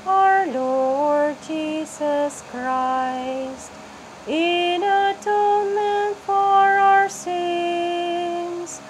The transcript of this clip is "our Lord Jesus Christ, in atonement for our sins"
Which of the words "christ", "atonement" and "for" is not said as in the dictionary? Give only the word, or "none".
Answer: none